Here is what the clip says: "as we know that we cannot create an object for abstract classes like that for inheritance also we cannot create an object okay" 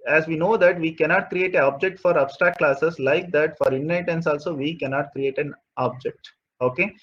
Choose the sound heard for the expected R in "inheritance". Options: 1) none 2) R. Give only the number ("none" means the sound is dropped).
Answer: 1